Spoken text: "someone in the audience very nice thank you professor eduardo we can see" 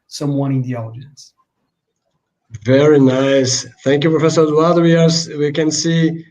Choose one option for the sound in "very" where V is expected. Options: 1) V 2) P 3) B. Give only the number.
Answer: 1